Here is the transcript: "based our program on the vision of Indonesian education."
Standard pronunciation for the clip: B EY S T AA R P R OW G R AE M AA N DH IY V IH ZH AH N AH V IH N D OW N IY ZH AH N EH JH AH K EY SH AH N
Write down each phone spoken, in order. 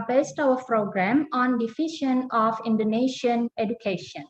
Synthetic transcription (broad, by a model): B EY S T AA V P R OW G R AE M AA N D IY F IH SH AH N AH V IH N D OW N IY SH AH N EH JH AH K EY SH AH N